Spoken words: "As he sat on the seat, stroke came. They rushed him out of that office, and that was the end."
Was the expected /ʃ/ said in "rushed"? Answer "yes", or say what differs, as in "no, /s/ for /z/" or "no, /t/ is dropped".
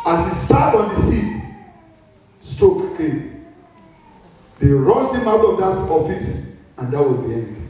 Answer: no, /s/ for /ʃ/